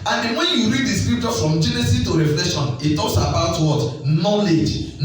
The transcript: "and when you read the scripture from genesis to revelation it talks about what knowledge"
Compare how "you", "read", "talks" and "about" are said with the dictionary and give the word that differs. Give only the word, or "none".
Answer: none